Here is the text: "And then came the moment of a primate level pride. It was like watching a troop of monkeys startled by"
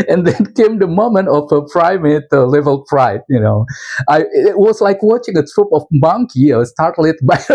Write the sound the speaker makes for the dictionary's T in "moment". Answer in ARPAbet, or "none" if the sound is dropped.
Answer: T